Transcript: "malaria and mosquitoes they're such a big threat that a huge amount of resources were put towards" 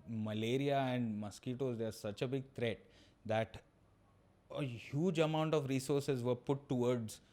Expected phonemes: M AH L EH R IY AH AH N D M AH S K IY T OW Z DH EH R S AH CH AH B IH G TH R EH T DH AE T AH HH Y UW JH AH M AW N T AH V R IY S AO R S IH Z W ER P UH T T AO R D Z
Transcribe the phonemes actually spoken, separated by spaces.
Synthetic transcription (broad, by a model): M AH L EH R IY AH AH N D M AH S K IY T OW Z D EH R S AH CH AH B IH G T R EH T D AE T AH HH Y UW JH AH M AW N T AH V R IY S AO R S IH Z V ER P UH T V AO R D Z